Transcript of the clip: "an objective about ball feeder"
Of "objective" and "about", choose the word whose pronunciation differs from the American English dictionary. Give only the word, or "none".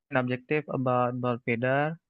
objective